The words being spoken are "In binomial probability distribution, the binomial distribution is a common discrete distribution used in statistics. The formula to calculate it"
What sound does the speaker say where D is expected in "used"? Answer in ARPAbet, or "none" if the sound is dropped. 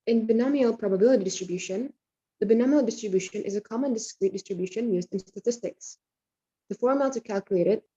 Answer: D